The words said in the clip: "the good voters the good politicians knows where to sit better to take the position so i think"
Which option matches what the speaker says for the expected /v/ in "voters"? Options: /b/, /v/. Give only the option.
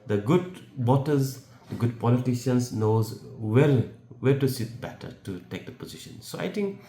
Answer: /b/